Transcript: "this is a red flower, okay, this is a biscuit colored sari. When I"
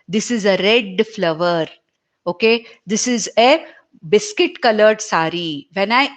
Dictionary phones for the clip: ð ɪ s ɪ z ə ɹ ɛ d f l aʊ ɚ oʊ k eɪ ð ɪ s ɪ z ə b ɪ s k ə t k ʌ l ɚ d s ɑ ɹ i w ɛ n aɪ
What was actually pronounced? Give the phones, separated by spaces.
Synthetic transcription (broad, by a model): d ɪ s ɪ z ə ɹ ɛ d f l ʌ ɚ oʊ k eɪ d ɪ s ɪ z ə b ɪ s k ə t k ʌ l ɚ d s ɑ ɹ i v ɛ n aɪ